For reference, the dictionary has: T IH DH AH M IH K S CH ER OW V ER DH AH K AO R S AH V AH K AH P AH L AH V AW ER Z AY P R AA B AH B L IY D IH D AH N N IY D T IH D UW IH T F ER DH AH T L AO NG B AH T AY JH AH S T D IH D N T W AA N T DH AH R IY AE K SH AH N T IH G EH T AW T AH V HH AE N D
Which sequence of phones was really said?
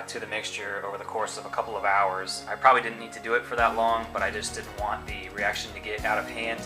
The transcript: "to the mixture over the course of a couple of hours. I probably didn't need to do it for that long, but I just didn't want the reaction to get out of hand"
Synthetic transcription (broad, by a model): T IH DH AH M IH K S CH ER OW V ER DH AH K AO R S AH V AH K AH P L AH V AW ER Z AY P R AA B AH B L IY D IH D N N IY D T IH D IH IH T F ER DH AH T L AO NG B AH T AY JH AH S D IH D N T W AA N DH AH R IY AE K SH AH N T IH G EH T AW T AH V HH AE N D